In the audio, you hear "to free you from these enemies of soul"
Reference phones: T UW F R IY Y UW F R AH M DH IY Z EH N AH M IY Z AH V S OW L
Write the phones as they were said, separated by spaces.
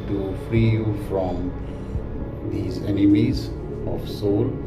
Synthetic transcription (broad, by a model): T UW F R IY Y UW F R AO M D IY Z EH N AH M IY Z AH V S OW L